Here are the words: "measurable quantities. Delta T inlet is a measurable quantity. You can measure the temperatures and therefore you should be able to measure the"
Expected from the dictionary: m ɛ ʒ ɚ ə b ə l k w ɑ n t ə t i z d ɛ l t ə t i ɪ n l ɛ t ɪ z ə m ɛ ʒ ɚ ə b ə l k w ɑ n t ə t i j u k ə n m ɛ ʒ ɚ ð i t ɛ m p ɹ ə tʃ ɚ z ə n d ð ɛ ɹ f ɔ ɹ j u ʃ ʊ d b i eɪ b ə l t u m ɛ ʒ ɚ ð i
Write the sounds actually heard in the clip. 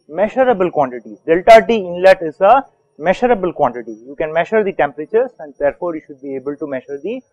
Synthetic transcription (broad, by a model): m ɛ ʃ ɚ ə b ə l k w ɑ n t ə t i d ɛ l t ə t i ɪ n l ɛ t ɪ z ə m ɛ ʃ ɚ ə b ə l k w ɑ n t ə t i j u k ə n m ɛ ʃ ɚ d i t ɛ m p ɹ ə tʃ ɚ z ə n d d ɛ ɹ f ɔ ɹ j u ʃ ʊ d b i eɪ b ə l t u m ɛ ʃ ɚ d i